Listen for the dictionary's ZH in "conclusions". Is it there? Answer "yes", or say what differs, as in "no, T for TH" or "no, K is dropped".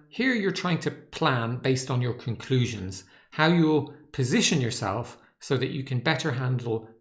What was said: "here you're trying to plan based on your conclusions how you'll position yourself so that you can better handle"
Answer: yes